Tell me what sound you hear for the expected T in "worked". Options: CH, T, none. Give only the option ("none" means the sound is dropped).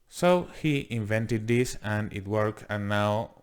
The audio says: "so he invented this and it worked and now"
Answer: none